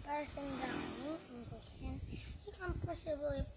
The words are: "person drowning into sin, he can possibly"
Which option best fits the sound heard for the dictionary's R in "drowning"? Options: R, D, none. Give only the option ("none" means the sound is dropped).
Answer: none